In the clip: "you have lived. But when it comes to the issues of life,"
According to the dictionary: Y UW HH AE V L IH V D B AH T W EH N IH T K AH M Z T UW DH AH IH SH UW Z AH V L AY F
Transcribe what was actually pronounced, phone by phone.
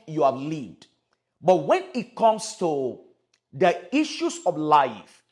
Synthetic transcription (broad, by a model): Y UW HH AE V L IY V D B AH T W EH N IH T K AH M S T UW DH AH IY SH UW S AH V L AY F